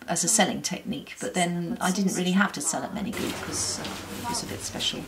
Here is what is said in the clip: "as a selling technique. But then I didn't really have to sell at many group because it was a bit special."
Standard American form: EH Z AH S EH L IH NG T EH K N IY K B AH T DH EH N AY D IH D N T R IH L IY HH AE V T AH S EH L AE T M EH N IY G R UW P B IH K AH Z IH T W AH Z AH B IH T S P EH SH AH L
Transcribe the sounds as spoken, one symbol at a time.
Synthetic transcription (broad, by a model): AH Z AH S EH L IH NG T EH K N IY K B AH T DH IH N AY D IH D N T R IH L IY HH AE F T AH S EH L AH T M EH N IY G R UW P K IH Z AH IH T W AH Z AH B IH T S P EH SH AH L